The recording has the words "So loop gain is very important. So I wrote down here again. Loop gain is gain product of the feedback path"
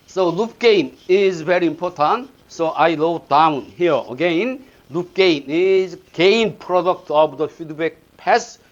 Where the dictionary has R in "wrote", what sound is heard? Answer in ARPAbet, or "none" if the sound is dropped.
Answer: L